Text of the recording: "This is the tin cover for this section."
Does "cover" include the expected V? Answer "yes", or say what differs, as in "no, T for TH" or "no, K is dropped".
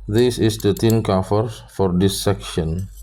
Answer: no, F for V